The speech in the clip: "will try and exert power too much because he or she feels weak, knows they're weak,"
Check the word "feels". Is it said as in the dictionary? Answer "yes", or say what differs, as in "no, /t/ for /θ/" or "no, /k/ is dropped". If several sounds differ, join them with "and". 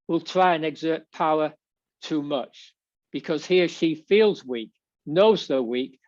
yes